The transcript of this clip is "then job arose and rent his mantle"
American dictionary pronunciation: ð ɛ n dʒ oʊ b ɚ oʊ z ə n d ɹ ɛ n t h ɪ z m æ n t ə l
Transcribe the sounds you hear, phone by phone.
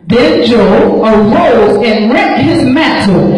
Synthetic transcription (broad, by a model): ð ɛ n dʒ oʊ ɚ oʊ z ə n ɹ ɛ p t h ɪ z m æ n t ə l